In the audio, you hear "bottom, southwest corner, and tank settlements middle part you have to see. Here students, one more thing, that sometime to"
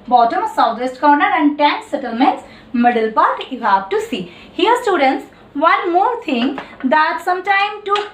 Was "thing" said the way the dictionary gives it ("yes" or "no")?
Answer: no